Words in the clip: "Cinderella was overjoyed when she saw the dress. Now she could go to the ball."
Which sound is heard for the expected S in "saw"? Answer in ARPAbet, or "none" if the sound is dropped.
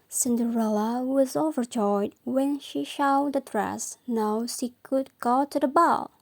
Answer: SH